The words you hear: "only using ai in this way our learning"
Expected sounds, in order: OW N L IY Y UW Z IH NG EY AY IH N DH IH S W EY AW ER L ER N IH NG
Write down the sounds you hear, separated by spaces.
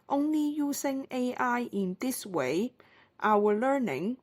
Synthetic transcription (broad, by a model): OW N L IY Y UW S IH NG EY AY IH N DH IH S W EY AW ER L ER N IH NG